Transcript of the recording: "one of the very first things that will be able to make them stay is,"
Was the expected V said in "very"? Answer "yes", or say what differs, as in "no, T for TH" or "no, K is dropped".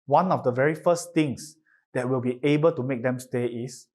yes